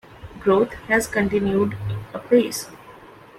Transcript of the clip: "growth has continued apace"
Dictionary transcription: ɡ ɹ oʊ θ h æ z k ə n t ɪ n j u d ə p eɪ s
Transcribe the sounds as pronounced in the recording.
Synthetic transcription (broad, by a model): ɡ ɹ oʊ t h æ z k ə n t ɪ n j u d ə p eɪ s